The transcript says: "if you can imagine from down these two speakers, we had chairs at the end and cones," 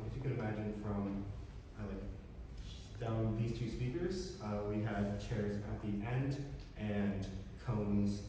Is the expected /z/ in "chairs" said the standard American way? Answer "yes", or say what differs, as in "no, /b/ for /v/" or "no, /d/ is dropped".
yes